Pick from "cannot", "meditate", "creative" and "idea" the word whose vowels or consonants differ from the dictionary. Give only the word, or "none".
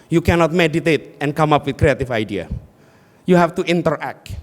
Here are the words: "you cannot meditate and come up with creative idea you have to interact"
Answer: creative